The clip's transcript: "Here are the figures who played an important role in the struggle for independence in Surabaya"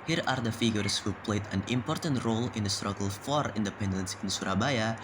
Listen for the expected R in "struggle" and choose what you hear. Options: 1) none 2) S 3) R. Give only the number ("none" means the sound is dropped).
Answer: 3